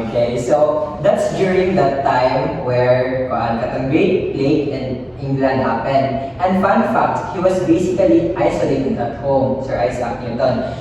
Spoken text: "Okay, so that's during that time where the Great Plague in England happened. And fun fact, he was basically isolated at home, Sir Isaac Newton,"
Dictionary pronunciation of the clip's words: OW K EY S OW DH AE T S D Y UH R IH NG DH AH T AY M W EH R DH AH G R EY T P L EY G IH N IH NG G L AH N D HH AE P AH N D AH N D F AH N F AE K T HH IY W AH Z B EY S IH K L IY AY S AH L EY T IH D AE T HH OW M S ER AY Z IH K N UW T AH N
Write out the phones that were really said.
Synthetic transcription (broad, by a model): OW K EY S OW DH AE T S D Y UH R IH NG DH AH T AY M W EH R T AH G R EY T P L EY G IH N IH NG G L AH N D HH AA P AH N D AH N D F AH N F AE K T HH IY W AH S B EY S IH K L IY AY S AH L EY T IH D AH T HH OW M S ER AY S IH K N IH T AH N